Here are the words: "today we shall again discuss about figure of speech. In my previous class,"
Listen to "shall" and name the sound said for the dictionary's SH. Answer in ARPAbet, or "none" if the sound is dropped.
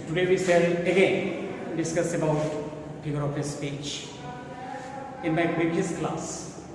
S